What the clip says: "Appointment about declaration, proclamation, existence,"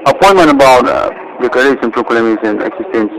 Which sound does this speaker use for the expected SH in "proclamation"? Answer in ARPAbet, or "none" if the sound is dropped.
S